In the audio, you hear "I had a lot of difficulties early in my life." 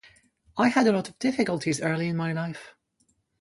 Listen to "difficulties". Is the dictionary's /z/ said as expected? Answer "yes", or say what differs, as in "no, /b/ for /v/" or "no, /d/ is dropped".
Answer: yes